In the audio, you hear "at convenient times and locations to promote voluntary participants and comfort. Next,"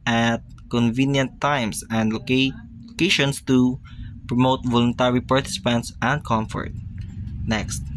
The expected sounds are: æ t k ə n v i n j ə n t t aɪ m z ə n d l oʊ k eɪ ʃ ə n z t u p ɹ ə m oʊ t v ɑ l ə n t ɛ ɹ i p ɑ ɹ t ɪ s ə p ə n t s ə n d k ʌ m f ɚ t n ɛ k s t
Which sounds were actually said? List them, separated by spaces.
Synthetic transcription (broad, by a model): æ t k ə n v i n j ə n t t aɪ m s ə n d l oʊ k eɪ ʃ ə n s t u p ɹ ə m oʊ t v ɑ l ə n t ɛ ɹ i p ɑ ɹ t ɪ s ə p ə n t s ə n d k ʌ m f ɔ t n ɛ k s t